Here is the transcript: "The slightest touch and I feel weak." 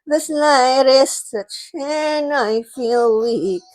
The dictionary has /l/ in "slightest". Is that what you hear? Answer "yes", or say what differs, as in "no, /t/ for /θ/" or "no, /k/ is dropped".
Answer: no, /n/ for /l/